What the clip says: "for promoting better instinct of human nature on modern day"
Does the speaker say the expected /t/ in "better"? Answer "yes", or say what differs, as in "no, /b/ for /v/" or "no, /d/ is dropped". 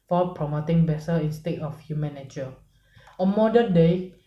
no, /s/ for /t/